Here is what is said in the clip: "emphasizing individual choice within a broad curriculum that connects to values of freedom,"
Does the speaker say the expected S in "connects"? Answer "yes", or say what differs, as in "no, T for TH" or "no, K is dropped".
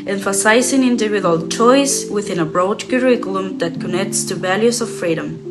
yes